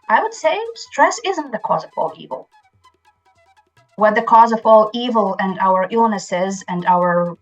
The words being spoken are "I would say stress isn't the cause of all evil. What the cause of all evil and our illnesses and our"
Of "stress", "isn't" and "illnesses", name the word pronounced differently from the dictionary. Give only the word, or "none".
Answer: none